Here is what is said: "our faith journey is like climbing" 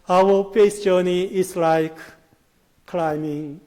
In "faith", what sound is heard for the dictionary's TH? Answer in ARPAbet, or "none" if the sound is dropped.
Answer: S